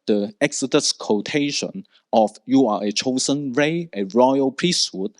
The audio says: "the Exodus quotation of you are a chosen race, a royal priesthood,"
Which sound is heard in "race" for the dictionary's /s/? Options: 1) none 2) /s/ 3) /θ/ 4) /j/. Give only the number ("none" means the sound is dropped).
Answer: 1